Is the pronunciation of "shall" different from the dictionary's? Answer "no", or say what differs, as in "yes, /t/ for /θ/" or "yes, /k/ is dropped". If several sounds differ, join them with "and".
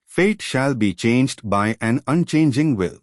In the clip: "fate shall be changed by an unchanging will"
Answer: no